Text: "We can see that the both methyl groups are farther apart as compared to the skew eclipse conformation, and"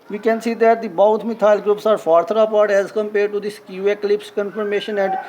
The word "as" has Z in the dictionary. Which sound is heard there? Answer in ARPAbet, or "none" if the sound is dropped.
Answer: Z